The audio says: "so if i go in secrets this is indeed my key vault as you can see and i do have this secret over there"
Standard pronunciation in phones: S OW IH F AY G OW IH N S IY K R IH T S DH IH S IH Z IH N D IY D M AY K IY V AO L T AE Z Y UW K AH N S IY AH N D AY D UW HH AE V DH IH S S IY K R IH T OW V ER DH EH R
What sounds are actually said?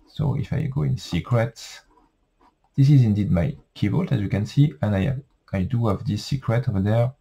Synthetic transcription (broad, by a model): S OW IH F AY G OW IH N S IY K R IH T S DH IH S IH Z IH N D IY D M AY K IY B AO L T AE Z Y UW K AH N S IY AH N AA AY D UW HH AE V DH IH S S IY K R IH T OW V ER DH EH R